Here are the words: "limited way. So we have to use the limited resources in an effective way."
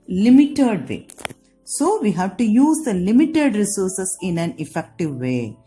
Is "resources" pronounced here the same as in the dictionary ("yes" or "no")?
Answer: no